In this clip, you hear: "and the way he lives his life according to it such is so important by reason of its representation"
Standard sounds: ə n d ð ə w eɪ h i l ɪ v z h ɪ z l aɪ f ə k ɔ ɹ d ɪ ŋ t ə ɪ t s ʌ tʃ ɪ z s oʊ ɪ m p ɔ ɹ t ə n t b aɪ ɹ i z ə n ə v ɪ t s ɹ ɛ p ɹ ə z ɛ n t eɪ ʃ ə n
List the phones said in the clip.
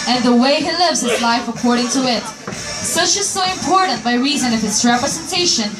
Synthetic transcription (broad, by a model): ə n ð ə w eɪ h i l ɪ v z h ɪ z l aɪ f ə k ɔ ɹ d ɪ ŋ t ə ɪ t s ʌ tʃ ɪ z s oʊ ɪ m p ɔ ɹ t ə n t b aɪ ɹ i z ə n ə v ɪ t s ɹ ɛ p ɹ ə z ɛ n t eɪ ʃ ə n